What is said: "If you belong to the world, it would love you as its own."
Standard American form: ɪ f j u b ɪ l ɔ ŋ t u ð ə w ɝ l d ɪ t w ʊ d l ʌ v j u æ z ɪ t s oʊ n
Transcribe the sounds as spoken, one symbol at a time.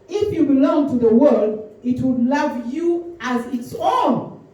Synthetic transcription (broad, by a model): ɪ f j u b ɪ l ɔ ŋ t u ð ə w ɝ l d ɪ t w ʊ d l ʌ v j u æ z ɪ t s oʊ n